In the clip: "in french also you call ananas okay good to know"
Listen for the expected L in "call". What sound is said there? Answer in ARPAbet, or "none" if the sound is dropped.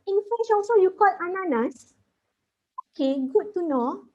L